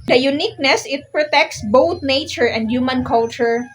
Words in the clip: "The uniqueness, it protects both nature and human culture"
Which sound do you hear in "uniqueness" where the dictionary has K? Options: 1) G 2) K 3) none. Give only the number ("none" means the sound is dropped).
2